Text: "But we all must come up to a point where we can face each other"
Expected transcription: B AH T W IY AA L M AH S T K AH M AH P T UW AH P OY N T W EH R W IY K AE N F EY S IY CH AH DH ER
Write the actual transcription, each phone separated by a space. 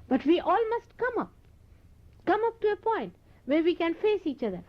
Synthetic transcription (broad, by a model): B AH T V IY AA L M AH S T K AH M AH P T UW AH P OY N T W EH R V IY K AE N F EY S IY CH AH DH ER